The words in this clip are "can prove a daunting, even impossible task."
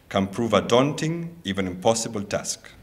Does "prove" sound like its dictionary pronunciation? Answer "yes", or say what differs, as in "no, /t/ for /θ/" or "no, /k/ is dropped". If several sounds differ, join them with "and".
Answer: yes